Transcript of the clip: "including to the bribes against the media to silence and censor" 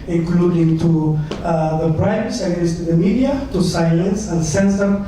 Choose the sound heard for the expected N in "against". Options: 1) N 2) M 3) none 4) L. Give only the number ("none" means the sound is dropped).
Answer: 3